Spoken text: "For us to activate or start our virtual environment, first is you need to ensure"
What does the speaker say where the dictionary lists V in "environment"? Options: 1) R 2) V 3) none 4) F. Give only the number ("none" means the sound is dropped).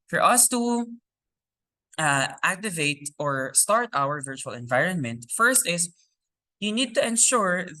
2